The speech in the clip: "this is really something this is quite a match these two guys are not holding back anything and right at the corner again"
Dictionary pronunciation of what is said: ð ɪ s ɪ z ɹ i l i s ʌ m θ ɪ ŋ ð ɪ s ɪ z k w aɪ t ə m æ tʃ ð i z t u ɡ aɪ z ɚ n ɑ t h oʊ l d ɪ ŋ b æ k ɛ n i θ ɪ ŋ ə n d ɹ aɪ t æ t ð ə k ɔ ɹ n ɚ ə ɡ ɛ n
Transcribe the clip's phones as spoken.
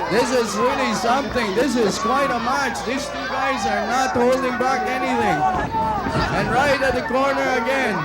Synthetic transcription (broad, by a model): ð ɪ s ɪ z ɹ i l i s ʌ m θ ɪ ŋ ð ɪ s ɪ z k w aɪ t ə m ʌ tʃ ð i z t u ɡ aɪ z ɚ n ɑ t h oʊ l d ɪ ŋ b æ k ɛ n i θ ɪ ŋ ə n ɹ aɪ t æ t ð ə k ɔ ɹ n ɚ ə ɡ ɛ n